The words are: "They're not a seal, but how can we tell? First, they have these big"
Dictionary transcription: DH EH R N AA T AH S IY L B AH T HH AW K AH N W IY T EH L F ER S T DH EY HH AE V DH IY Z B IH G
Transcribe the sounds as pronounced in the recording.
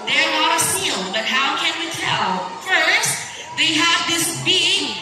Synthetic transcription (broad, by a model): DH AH R L AA T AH S IY L B AH T HH AW K AH N W IY T EH L F ER S T DH EY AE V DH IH S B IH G